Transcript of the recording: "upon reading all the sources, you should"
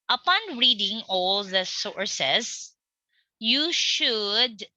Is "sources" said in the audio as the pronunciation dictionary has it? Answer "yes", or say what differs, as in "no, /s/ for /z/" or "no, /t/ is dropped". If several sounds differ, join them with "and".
no, /s/ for /z/